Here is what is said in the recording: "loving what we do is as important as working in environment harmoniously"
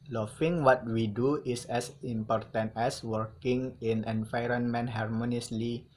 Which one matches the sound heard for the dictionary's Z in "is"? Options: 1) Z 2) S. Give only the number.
2